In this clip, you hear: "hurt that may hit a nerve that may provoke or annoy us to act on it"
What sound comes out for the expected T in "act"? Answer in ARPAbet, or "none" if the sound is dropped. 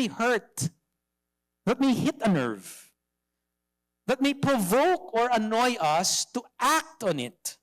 T